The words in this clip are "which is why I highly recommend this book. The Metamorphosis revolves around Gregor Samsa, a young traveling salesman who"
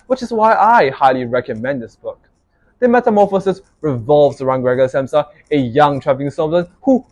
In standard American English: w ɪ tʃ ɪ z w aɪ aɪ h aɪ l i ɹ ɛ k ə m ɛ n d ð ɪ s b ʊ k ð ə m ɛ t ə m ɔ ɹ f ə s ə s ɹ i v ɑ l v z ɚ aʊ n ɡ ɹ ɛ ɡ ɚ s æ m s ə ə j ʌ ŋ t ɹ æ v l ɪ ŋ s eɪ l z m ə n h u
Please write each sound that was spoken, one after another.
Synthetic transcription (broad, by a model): w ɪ tʃ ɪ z w aɪ aɪ h aɪ l i ɹ ɛ k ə m ɛ n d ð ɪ s b ʊ k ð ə m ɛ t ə m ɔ f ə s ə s ɹ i v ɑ l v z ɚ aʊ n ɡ ɹ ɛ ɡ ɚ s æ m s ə ə j ʌ ŋ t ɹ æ v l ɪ ŋ s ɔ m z ə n h u